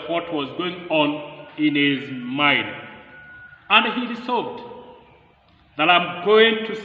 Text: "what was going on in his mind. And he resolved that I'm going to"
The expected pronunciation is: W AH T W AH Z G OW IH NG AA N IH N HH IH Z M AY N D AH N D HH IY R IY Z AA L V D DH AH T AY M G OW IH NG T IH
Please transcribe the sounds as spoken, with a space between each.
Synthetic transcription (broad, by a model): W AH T W AH Z G OW IH NG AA N IH N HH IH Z M AY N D AH N D HH IY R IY S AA V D DH AH T AY M G OW IH NG T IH